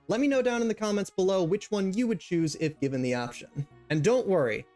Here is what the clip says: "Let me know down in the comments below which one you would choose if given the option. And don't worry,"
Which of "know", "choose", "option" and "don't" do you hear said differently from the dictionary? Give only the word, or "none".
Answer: none